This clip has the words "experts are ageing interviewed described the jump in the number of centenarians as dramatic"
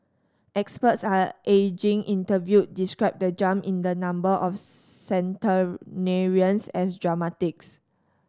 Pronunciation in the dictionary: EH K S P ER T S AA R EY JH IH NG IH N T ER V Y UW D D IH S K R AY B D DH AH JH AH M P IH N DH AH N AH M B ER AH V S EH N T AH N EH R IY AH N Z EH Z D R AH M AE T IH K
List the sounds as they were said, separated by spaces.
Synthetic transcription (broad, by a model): EH K S P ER T S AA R EY JH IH NG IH N T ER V Y UW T D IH S K R AY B D AH JH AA M IH N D AH N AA M B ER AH F S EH N T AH N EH R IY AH N S EH S D R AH M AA T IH K